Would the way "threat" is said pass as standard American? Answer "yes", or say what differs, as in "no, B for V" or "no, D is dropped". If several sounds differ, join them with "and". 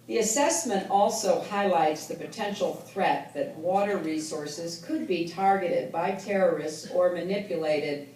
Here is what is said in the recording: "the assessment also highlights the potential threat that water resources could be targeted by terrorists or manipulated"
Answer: yes